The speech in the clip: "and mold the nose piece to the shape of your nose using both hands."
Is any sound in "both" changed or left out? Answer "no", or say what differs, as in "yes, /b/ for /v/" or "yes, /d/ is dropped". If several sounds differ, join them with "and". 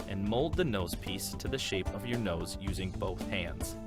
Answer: no